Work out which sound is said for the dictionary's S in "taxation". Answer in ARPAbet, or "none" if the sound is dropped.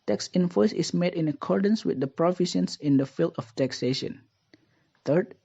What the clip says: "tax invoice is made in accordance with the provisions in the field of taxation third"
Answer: S